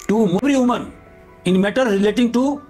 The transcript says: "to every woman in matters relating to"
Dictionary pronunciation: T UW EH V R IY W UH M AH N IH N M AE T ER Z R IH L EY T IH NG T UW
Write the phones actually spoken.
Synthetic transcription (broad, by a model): T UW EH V R IY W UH M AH N IH N M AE T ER R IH L EY T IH NG T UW